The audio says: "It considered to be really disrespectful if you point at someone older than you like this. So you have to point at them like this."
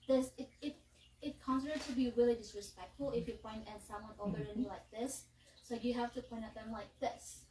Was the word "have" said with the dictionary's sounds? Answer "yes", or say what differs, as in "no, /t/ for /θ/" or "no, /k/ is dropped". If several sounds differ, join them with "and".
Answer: no, /f/ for /v/